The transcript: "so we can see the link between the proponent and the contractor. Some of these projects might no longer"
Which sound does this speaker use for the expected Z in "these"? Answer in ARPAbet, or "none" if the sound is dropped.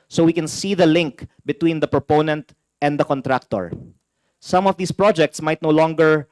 S